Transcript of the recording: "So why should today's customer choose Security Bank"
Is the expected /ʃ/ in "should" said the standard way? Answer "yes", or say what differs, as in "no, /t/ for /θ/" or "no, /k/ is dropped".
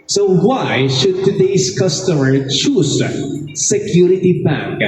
yes